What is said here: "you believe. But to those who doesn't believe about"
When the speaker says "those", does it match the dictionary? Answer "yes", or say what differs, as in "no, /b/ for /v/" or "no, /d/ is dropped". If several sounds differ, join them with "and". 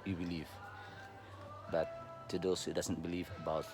no, /s/ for /z/